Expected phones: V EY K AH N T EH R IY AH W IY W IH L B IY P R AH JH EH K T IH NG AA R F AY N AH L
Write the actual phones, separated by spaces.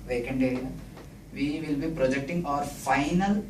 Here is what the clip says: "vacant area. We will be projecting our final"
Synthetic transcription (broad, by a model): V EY K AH N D EH R IY AH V IY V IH L B IY P R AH JH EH K T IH NG AA R F AY N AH L